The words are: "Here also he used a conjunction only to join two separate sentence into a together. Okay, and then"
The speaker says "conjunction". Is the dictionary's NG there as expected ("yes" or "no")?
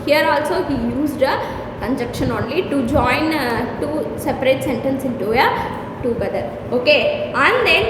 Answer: no